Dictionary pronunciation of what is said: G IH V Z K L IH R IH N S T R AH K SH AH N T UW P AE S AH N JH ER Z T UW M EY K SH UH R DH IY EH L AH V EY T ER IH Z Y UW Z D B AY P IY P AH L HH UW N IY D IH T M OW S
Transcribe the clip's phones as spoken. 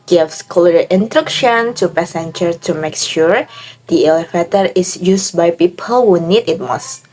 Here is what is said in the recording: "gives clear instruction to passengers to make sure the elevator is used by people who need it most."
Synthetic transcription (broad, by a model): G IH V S K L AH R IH N T R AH K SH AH N T UW P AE S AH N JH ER T UW M EY K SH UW R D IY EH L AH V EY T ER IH S Y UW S B AY P IY P AH L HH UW N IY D IH T M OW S